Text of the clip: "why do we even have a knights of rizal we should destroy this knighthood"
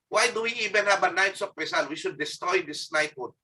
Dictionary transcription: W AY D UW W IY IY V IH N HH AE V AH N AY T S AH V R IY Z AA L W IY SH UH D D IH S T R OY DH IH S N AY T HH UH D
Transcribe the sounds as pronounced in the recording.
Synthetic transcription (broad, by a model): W AY D UW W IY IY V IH N HH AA B AH N AY T S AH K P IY S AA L W IY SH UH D D IH S T R OY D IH S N AY T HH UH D